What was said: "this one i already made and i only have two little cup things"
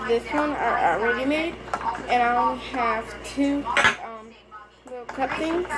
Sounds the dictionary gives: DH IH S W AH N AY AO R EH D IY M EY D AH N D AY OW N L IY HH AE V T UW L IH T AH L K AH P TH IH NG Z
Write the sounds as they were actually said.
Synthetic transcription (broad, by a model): DH IH S W AH N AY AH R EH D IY M EY D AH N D AY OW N IY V T UW L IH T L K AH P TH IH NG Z